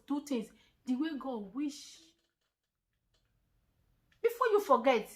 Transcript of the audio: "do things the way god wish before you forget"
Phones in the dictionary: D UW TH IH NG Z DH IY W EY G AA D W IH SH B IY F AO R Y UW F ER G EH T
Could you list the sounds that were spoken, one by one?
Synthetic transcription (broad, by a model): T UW T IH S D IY W EY G AA D W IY SH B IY F AO Y UW F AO G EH T